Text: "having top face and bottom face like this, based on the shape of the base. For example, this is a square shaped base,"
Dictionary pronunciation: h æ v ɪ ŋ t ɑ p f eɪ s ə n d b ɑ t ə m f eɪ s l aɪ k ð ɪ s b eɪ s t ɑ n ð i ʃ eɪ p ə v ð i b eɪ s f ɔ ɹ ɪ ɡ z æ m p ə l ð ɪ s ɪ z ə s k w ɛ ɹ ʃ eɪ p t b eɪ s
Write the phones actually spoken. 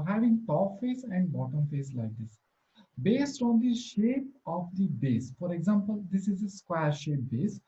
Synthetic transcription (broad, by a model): h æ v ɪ ŋ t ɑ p f eɪ s ə n d b ɑ t ə m f eɪ s l aɪ k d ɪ s b eɪ s t ɑ n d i ʃ eɪ p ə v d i b eɪ s f ɔ ɹ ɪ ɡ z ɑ m p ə l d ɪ s ɪ z ə s k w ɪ ɹ ʃ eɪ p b eɪ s